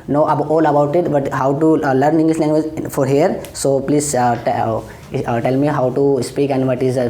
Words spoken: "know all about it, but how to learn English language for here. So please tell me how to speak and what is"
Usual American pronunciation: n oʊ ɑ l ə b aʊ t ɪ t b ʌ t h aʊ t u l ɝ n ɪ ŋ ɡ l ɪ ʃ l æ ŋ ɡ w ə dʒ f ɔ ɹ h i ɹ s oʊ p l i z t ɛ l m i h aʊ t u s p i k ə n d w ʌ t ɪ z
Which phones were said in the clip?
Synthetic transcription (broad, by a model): n oʊ ɑ l ə b aʊ t ɪ t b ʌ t h aʊ t u l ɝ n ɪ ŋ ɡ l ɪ s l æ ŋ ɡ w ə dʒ f ɔ ɹ h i ɹ s oʊ p l i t t ɛ l m i h aʊ t u s p i k ə n d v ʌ t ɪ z